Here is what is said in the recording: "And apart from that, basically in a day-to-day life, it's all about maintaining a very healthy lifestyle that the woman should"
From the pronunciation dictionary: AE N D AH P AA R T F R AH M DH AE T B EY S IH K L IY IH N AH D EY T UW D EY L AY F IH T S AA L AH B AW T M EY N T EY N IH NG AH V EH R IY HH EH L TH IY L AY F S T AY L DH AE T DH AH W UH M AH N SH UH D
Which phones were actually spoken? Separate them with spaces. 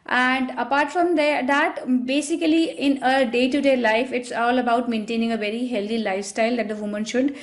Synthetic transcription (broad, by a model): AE N D AH P AA R T F R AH M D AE T B EY S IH K L IY IH N AH D EY T UW D EY L AY F IH T S AA L AH B AW T M EY N T EY N IH NG AH V EH R IY HH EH L T IY L AY F S T AY L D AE T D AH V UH M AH N SH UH D